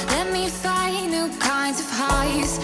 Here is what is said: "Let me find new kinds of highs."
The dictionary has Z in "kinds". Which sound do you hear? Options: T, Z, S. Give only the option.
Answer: Z